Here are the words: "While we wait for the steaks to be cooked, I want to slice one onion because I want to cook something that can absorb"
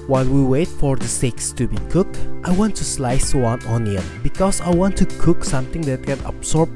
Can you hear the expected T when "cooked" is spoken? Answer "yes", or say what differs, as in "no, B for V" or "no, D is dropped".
yes